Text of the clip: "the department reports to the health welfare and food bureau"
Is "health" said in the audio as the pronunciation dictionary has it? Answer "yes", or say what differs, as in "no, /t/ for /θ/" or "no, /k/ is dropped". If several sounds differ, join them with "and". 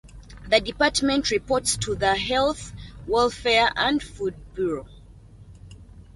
yes